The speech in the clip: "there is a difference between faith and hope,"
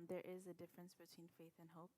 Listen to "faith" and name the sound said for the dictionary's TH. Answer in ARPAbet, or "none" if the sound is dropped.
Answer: TH